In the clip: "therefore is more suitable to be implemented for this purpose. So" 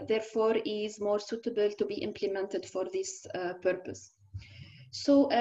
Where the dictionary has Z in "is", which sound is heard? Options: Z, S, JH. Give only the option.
Z